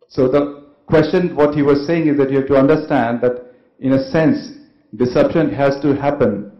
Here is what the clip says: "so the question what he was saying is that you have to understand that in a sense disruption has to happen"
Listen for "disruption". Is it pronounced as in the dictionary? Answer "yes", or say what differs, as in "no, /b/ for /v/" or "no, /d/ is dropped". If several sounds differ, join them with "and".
no, /ɹ/ is dropped